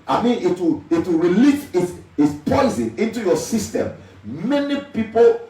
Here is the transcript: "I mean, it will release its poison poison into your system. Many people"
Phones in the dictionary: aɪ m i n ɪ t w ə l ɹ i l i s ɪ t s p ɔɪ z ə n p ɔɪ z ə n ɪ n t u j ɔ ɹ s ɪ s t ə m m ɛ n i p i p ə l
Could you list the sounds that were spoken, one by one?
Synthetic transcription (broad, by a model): aɪ m i n ɪ t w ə w ɹ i l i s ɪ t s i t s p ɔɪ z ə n ɪ n t u j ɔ s ɪ s t ə m m ɛ n i p i p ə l